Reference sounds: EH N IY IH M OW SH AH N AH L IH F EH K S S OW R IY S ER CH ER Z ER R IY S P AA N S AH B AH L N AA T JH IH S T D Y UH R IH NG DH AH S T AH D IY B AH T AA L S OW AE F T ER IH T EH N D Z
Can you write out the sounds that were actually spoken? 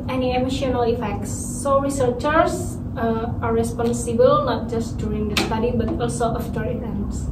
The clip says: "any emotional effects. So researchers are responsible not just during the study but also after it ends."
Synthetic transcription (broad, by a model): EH N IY IH M OW SH AH N AH L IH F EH K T S OW R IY S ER CH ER S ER R IY S P AA N S AH B AH L N AA T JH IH S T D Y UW R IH NG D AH S T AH D IY B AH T AA L S OW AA F T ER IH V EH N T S